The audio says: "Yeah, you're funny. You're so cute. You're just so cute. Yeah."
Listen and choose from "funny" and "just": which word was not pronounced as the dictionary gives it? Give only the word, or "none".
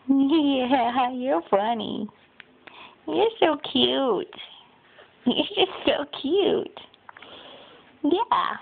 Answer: none